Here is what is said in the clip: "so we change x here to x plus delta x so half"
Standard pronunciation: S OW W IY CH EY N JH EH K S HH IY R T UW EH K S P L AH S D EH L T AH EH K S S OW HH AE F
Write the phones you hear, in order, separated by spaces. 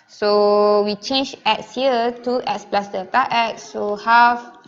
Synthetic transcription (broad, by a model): S OW W IY CH EY N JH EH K S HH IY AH T UW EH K S P L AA S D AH T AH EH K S S OW HH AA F